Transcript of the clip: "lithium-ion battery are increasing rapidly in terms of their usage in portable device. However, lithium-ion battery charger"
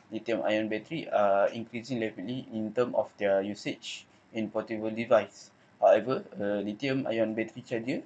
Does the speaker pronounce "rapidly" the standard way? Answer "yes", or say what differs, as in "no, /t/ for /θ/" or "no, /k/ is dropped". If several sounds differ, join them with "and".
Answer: no, /l/ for /ɹ/